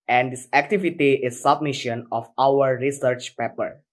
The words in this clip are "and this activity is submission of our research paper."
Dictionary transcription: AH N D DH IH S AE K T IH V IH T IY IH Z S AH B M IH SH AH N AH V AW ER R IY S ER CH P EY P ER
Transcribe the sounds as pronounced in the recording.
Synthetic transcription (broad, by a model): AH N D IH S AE K T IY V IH T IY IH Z S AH B M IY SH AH N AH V AW ER R IY S ER CH P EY P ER